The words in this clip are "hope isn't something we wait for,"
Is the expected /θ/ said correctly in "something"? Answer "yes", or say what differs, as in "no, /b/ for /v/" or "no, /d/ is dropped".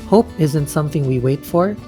yes